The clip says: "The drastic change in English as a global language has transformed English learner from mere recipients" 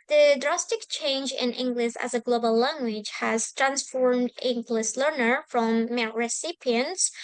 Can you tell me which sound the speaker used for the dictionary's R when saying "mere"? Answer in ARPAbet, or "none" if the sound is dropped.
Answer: L